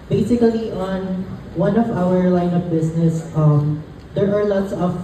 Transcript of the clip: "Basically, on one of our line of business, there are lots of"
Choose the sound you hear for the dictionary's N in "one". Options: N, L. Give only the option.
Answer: N